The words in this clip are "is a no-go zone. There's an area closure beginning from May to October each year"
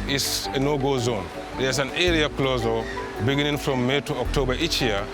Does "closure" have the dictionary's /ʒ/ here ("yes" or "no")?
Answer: no